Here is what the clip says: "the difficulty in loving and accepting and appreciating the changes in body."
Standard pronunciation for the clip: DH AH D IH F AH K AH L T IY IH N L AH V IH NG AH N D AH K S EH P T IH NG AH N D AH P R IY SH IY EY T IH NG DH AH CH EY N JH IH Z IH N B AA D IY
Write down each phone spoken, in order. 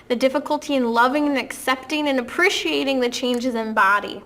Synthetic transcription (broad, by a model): DH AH D IH F AH K AH L T IY IH N L AH V IH NG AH N AH K S EH P T IH NG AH N AH P R IY SH IY EY T IH NG DH AH CH EY N JH IH Z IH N B AA D IY